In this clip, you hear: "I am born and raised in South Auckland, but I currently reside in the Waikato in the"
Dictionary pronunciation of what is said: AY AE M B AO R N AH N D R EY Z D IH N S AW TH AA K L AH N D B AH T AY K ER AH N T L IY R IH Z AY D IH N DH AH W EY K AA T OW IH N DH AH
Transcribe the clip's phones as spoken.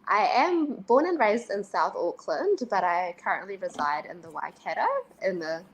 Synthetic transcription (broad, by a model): AY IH M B AO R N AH N R EY Z D IH N S AW TH AA K L AH N D B AH T AY K ER AH N T L IY R IH Z AY D IH N DH AH W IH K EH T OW IH N DH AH